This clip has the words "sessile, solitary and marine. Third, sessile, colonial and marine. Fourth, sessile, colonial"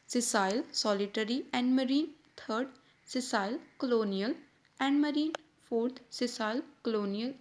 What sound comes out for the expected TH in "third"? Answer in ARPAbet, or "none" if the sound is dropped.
T